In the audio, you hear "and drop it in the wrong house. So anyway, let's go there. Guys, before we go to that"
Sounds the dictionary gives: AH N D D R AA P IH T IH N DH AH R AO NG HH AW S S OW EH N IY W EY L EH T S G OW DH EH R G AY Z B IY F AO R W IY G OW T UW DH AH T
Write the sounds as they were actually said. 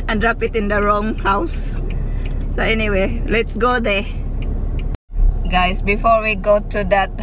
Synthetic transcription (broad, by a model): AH N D D R AA P IH T IH N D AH R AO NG HH AW S S OW EH N IY W EY L EH T S G OW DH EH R G AY S B IY F AO R W IY G OW T UW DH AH T